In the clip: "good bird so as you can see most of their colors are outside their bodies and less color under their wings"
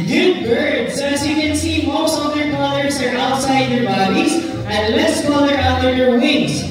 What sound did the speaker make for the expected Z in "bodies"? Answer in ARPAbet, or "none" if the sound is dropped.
Z